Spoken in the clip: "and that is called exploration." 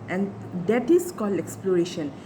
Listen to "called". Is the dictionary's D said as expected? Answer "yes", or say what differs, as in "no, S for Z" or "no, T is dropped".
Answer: no, D is dropped